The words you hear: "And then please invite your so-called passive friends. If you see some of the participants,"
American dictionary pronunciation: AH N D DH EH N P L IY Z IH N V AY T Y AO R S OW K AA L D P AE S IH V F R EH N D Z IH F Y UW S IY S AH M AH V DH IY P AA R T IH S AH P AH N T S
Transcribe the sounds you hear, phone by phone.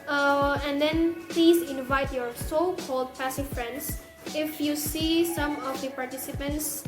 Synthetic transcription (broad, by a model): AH N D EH N P L IY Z IH N V AY T Y AO R S OW K AA L D P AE S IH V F R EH N D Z IH F Y UW S IY S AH M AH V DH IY P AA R T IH S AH P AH N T S